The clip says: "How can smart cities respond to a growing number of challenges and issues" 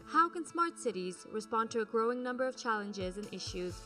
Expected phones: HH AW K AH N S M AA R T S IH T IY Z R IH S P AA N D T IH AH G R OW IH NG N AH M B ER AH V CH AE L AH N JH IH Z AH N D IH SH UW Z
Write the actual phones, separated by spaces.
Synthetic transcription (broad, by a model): HH AW K AH N S M AA R T S IH T IY Z R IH S P AA N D T IH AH G R OW IH NG N AH M B ER AH V CH AE L AH N JH IH Z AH N IH SH UW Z